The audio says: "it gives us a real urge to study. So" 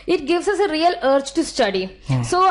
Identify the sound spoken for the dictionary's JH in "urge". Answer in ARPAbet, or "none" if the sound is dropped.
CH